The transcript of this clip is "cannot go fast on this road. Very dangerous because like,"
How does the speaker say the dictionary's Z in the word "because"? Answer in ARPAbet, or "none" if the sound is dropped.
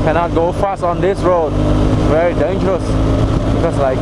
S